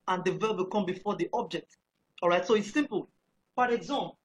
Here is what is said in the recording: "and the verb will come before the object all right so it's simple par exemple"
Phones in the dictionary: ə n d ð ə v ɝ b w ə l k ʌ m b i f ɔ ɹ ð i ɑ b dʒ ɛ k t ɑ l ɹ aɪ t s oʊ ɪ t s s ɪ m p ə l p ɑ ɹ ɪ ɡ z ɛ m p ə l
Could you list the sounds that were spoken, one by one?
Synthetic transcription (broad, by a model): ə n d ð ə v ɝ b w ə l k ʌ m b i f ɔ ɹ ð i ɑ b dʒ ɛ k t ɑ l ɹ aɪ t s oʊ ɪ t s s ɪ m p ə l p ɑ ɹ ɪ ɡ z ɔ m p